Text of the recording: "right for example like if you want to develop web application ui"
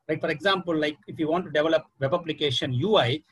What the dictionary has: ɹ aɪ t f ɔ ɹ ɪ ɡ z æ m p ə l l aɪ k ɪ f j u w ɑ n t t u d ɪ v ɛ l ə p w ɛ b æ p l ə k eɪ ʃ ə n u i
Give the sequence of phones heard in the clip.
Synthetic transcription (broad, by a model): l aɪ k f ɔ ɹ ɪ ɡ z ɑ m p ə l l aɪ k ɪ f j u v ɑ n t t u d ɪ v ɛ l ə p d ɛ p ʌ b l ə k eɪ ʃ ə n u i